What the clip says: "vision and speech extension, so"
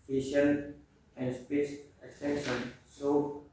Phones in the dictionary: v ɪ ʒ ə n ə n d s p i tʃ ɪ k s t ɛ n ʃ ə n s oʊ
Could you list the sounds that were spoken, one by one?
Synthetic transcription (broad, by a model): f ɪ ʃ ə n ə n d s p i s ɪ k s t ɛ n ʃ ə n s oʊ